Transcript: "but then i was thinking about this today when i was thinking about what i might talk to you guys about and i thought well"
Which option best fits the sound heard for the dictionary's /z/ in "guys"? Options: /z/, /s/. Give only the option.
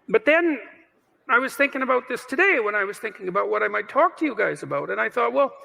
/z/